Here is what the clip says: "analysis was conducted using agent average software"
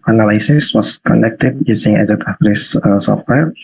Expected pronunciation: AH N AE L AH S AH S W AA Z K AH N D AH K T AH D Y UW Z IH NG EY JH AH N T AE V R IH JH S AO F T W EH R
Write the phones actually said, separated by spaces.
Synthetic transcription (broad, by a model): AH N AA L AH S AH S W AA S K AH N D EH K T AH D Y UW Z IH NG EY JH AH T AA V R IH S S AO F T W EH R